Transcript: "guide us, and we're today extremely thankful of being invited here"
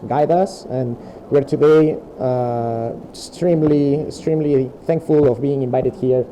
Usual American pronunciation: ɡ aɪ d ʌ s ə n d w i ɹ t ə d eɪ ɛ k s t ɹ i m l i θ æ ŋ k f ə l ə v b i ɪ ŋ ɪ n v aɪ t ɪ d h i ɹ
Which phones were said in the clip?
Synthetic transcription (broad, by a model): ɡ aɪ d ʌ s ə n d w i ɹ t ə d eɪ ɛ k s t ɹ i m l i θ æ ŋ k f ə l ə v b i ɪ ŋ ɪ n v aɪ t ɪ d h i ɹ